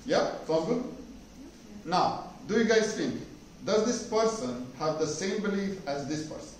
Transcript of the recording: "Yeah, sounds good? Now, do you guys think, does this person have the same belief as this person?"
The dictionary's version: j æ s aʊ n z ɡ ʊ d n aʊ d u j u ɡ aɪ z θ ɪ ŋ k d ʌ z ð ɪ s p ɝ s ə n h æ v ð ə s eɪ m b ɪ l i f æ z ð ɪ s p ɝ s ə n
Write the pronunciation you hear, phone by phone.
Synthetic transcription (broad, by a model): j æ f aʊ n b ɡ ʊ n aʊ d u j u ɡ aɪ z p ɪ k d ʌ z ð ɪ s p ɝ s ə n h æ v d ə s eɪ m b ɪ l i f æ z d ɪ s p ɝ s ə n